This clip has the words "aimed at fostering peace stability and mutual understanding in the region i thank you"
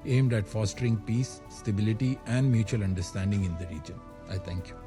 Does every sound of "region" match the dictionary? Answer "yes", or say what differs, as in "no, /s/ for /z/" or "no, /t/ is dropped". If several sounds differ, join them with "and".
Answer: yes